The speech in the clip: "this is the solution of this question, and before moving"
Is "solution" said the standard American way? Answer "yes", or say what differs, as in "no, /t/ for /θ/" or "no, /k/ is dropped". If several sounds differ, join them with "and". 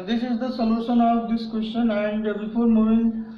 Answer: no, /n/ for /l/